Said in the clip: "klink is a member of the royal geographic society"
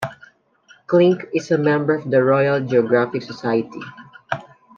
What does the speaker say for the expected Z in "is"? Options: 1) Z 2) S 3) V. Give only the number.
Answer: 2